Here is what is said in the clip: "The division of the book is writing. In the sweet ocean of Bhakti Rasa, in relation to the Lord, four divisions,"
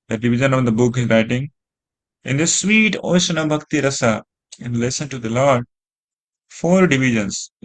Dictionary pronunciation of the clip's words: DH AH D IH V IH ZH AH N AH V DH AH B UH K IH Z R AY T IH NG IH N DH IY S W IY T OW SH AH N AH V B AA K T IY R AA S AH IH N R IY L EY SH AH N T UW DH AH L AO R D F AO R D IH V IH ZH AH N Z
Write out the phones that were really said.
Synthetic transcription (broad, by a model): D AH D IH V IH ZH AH N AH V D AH B UH K IH Z R AY T IH NG IH N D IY S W IY T OW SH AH N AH B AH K T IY R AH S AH IH N L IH S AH N T UW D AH L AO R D F AO R D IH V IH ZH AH N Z